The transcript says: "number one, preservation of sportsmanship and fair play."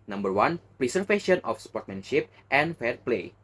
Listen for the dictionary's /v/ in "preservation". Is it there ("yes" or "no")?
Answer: no